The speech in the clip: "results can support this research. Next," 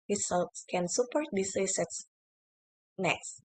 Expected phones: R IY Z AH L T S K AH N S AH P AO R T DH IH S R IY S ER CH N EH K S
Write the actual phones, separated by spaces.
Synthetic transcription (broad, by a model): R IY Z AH L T S K AH N S AH P AO R T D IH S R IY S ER S N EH K S